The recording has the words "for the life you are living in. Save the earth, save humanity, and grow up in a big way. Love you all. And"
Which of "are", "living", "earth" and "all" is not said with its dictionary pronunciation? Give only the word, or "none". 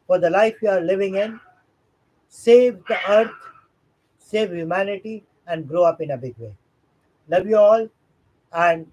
earth